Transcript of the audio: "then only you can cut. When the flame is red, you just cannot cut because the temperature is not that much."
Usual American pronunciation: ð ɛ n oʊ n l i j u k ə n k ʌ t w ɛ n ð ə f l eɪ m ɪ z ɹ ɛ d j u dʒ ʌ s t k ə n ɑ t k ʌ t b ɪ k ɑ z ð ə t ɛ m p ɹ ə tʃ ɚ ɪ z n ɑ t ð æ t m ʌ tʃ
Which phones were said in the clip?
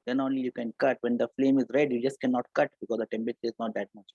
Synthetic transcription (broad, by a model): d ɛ n oʊ n l i j u k ə n k ʌ t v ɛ n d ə f l eɪ m ɪ z ɹ ɛ d j u dʒ ʌ s t k ə n ɑ t k ʌ t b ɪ k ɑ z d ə t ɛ m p ə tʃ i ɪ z n ɑ t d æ t m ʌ tʃ